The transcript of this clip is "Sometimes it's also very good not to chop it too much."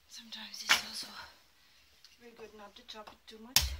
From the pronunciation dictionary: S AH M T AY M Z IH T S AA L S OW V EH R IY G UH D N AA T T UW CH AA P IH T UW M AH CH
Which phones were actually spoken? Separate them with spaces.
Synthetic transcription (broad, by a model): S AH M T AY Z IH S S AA S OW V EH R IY G UH D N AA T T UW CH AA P IH T UW M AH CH